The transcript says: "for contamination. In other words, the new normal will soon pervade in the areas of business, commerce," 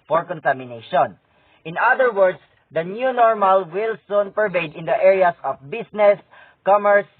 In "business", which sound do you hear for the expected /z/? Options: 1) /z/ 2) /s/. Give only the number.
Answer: 2